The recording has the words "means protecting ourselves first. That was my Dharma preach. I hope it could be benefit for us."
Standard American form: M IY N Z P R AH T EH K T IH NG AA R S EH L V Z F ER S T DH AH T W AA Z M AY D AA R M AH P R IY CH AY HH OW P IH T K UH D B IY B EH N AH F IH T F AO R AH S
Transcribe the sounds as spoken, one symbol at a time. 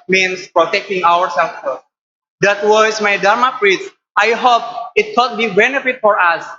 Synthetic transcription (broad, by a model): M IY N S P R AH T EH K T IH NG AA R S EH L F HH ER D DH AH T W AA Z M AY D AA R M AH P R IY S AY HH OW P IH T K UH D B IY B EH N AH F IH T F AO R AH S